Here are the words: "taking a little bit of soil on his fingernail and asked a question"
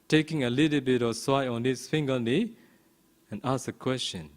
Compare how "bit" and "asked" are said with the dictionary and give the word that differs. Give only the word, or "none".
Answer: asked